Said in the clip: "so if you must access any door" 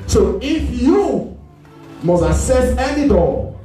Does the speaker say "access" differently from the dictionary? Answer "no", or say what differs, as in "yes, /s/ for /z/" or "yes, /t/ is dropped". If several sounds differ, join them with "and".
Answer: yes, /k/ is dropped